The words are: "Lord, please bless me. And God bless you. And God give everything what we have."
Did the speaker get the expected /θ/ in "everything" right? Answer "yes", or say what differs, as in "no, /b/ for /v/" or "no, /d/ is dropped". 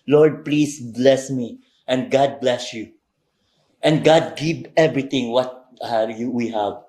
no, /t/ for /θ/